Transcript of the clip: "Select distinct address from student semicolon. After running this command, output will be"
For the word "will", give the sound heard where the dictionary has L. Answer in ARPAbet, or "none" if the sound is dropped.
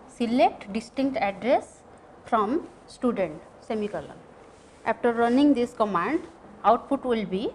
L